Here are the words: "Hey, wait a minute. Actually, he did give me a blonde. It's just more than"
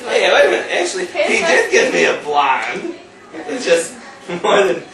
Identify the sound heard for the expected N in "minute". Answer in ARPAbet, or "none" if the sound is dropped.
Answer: none